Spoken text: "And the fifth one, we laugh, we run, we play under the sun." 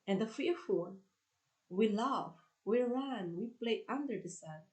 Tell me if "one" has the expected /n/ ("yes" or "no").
no